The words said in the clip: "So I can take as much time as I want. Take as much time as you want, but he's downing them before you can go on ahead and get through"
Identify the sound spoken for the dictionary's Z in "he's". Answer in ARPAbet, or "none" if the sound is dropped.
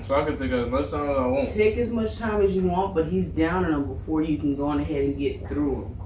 Z